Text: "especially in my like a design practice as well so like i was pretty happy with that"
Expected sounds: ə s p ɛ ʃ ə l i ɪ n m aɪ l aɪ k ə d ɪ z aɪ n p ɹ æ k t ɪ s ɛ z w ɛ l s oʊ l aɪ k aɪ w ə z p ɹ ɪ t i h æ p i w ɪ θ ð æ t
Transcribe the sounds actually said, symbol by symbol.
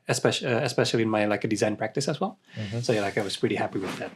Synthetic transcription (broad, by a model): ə s p ɛ ʃ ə l i ɪ n m aɪ l aɪ k ə d ɪ z aɪ n p ɹ æ k t ɪ s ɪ z w ɛ l s oʊ l aɪ k aɪ w ə z p ɹ ɪ t i h æ p i w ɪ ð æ t